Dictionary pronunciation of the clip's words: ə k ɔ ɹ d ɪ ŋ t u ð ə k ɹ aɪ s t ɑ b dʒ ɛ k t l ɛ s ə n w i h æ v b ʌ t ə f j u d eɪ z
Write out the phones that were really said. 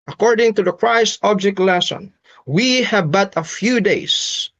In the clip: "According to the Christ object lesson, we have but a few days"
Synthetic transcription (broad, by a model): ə k ɔ ɹ d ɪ ŋ t u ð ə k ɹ aɪ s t ɑ b dʒ ɛ k t l ɛ s ə n w i h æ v b ʌ t ə f j u d eɪ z